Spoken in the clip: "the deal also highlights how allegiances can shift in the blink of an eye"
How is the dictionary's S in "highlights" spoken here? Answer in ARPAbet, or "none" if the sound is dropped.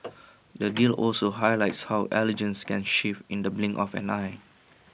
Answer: S